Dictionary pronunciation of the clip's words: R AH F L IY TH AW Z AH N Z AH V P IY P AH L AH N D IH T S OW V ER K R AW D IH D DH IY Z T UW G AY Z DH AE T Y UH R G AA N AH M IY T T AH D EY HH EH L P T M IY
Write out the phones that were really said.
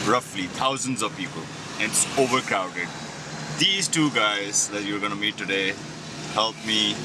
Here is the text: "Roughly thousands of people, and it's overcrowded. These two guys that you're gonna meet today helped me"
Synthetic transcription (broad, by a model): R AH F L IY T AW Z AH N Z AH V P IY P AH L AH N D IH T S OW V ER K R AW D IH D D IY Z T UW G AY Z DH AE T Y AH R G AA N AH M IY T T AH D EY HH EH L P M IY